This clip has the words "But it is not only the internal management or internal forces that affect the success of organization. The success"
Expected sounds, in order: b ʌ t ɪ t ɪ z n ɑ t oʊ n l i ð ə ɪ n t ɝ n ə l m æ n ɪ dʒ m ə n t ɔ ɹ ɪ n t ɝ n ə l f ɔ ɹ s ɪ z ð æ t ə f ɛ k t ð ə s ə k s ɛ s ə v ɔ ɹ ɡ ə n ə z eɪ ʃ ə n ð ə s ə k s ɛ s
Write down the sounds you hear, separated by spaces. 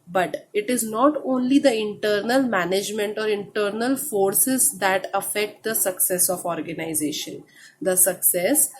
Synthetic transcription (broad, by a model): b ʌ t ɪ t ɪ z n ɑ t oʊ n l i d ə ɪ n t ɝ n ə l m æ n ɪ dʒ m ə n t ɔ ɹ ɪ n t ɝ n ə l f ɔ ɹ s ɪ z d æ t ə f ɛ k t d ə s ə k s ɛ s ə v ɔ ɹ ɡ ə n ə z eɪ ʃ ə n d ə s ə k s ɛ s